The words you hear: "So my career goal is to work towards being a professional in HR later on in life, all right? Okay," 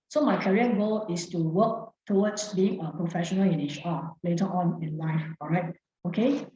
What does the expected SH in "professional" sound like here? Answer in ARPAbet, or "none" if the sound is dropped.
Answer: SH